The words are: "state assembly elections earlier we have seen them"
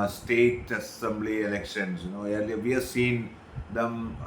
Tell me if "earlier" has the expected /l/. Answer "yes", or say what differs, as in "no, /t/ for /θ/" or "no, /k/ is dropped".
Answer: no, /n/ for /l/